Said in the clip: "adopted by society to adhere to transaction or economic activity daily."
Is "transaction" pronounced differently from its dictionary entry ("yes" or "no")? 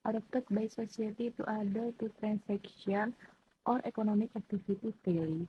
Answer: yes